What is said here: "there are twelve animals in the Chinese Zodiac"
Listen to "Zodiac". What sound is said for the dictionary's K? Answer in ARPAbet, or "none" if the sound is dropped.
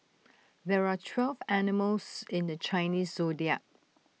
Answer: none